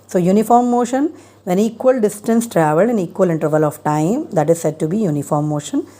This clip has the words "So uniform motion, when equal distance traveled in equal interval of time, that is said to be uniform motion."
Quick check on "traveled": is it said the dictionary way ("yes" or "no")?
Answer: no